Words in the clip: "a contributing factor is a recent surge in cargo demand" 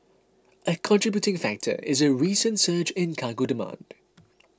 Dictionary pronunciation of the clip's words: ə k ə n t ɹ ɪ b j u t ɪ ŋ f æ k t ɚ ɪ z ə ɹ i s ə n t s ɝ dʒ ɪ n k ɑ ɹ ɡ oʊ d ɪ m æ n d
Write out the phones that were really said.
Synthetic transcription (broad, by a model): ə k ə n t ɹ ɪ b j u t ɪ ŋ f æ k t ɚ ɪ z ə ɹ i s ə n t s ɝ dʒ ɪ n k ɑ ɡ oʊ d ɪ m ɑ n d